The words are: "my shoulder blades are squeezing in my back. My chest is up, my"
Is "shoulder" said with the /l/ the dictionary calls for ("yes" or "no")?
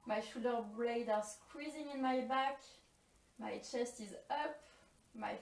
no